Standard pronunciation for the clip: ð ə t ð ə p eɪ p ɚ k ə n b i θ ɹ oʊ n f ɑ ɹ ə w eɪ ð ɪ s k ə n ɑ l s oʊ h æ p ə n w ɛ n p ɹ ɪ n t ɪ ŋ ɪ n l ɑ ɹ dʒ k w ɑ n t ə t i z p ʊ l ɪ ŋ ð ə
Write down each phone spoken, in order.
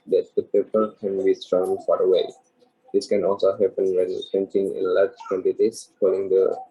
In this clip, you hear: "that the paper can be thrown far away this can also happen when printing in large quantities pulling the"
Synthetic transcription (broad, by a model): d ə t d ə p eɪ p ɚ k ə n b i s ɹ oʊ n f ɑ ɹ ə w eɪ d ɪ s k ə n ɑ l s oʊ h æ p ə n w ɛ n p ɛ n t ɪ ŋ ɪ n l ɑ ɹ dʒ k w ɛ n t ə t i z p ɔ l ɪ ŋ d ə